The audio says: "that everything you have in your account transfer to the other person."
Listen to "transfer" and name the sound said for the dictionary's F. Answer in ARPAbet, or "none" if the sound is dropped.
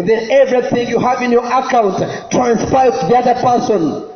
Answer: P